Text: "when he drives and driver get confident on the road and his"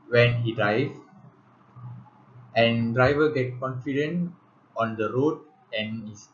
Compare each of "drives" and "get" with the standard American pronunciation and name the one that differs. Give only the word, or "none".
drives